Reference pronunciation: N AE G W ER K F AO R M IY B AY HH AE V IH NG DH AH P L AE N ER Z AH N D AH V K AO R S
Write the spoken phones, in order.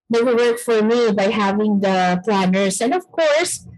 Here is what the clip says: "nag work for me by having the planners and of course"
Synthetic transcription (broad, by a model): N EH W W ER K F AO R M IY B AY HH AE V IH NG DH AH P L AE N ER S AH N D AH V K AO R S